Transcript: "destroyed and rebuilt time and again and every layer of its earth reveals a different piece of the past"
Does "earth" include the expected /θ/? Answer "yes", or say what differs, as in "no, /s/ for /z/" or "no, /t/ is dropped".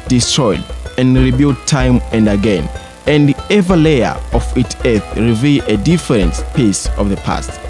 yes